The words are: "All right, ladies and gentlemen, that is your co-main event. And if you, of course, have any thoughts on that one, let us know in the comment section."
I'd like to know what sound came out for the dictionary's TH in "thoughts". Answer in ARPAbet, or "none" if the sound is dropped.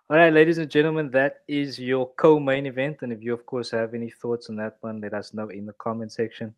TH